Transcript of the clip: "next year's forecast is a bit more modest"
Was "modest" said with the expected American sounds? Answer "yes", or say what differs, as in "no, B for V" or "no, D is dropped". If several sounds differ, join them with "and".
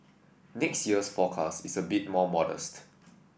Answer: yes